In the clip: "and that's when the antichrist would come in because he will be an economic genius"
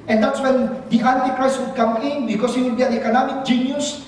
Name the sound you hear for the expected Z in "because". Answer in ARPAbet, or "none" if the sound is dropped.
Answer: S